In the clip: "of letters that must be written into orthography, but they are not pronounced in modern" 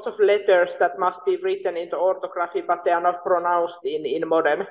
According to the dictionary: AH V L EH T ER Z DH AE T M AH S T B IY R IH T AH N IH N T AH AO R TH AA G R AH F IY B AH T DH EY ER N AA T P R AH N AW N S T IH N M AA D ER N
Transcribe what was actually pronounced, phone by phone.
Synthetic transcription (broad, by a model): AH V L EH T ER S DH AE T M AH S T B IY R IH T AH N IH N T AH AO R T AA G R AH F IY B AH T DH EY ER N AA T P R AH N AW N S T IH N M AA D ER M